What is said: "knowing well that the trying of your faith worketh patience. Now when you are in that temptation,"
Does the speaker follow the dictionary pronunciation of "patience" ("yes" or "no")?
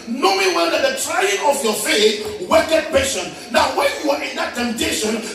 no